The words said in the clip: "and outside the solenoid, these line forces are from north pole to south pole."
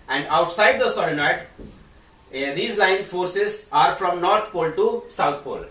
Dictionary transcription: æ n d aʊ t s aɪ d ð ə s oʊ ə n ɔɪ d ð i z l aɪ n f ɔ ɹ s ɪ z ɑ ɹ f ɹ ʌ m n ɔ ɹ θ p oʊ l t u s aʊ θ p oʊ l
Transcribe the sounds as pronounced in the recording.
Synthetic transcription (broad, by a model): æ n d aʊ t s aɪ d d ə s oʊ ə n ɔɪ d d i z l aɪ n f ɔ ɹ s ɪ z ɑ ɹ f ɹ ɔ m n ɔ ɹ t p oʊ l t u s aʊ t p oʊ l